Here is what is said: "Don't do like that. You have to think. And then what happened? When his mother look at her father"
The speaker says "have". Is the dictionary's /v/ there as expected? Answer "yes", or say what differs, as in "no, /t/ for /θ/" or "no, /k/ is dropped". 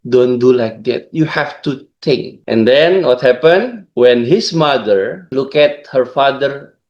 no, /f/ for /v/